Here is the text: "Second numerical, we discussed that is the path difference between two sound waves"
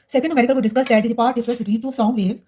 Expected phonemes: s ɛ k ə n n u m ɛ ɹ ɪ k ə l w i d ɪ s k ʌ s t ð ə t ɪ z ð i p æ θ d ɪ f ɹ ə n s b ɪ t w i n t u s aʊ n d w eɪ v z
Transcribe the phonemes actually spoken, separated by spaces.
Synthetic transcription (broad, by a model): s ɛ k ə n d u m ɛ ɹ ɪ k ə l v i d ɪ s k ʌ s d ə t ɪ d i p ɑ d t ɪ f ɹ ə s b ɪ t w i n t u s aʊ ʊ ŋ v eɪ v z